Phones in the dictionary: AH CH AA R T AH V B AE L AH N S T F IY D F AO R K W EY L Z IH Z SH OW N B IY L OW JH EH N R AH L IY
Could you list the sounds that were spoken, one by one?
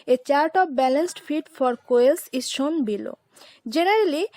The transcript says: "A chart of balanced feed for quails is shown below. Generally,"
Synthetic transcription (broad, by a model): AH CH AA R T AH B B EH L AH N S T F IY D F AO R K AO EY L S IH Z SH OW N B IY L OW JH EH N R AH L IY